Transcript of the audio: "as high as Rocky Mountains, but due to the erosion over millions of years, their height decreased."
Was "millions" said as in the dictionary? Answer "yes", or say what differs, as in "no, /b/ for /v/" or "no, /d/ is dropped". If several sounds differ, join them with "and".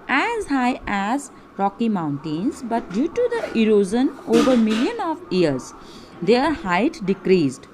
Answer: no, /z/ is dropped